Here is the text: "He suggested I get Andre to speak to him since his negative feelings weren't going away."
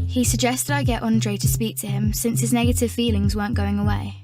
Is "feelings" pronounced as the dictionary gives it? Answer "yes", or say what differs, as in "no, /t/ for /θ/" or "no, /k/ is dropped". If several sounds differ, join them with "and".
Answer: yes